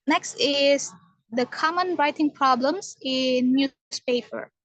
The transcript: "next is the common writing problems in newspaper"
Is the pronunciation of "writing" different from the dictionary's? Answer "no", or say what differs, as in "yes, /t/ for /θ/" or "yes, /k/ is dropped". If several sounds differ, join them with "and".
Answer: no